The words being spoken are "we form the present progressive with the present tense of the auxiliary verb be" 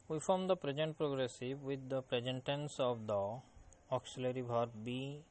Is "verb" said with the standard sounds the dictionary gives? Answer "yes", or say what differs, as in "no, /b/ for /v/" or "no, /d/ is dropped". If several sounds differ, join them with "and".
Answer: no, /b/ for /v/